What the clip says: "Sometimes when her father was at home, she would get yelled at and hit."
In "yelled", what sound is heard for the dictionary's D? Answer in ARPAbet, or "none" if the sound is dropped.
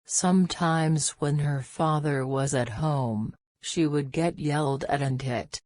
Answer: D